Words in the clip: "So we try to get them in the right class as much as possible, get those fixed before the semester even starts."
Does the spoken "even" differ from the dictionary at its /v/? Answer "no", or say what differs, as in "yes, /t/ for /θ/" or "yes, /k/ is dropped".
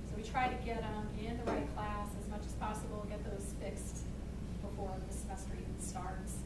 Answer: yes, /v/ is dropped